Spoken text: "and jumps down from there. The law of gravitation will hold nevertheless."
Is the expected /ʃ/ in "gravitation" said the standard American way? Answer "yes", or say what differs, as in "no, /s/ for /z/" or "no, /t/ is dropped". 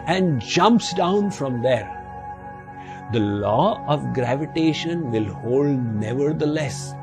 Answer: yes